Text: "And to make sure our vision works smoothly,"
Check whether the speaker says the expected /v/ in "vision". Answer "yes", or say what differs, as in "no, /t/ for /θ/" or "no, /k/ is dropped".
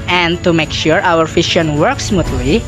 no, /f/ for /v/